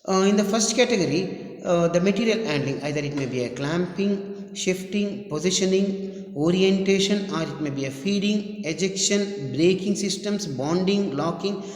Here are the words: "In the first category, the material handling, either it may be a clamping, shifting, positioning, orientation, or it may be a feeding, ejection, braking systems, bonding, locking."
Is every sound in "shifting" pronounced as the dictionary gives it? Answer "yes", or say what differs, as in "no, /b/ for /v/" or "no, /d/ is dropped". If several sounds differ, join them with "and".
yes